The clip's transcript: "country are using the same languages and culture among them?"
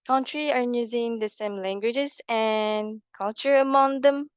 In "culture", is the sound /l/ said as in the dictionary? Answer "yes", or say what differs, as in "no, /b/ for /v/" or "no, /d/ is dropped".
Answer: yes